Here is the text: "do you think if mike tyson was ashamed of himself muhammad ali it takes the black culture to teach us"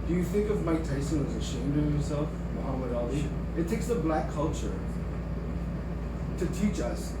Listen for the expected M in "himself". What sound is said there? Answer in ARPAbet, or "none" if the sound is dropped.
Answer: none